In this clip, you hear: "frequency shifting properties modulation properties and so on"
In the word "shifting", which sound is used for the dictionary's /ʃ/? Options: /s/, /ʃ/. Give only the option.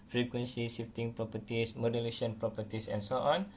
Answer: /s/